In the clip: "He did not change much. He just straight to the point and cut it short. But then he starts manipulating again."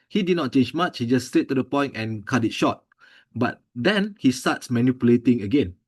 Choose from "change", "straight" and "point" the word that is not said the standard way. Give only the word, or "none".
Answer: straight